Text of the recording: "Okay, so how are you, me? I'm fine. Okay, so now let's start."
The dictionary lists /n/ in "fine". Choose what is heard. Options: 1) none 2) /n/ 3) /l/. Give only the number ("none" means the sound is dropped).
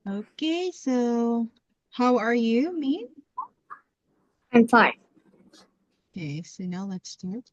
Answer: 1